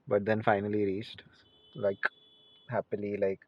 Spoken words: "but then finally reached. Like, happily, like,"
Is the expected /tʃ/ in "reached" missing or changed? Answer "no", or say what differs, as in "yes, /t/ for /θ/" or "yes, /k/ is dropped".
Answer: no